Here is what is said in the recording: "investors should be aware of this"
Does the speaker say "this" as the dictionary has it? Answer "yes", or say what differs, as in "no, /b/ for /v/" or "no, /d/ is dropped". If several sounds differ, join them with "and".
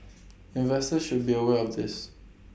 yes